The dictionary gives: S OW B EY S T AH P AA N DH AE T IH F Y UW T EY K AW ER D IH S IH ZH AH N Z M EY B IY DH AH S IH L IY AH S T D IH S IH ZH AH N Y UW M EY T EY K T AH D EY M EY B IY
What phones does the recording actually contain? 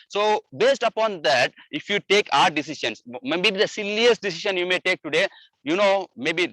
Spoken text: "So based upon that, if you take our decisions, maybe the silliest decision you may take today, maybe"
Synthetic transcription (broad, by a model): S OW B EY S T AH P AA N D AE T IH F Y UW T EY K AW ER D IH S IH SH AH N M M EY B IY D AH S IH L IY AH S T D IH S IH SH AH N Y UW M EY T EY K T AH D EY M EY B IY